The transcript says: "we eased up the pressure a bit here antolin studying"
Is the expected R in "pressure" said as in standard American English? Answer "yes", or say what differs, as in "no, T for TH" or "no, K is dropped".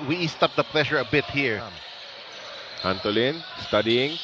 no, L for R